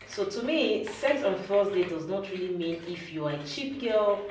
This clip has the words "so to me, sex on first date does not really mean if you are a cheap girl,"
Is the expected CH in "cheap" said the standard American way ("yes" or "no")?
yes